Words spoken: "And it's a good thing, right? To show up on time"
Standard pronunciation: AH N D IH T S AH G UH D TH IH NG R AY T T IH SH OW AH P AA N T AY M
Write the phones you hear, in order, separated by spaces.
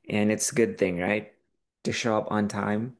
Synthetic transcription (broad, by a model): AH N IH T S AH G UH D TH IH NG R AY T T IH SH OW AH P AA N T AY M